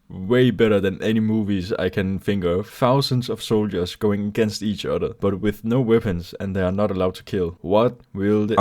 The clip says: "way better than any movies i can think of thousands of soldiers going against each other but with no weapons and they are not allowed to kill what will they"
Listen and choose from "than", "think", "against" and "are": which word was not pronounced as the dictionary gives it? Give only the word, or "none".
think